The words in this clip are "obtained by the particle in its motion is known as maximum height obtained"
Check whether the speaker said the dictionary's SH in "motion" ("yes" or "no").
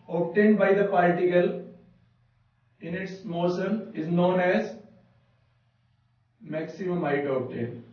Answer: no